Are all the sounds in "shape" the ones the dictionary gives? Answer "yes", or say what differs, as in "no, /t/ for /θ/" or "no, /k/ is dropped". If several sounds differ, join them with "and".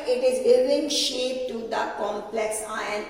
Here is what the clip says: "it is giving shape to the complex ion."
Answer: yes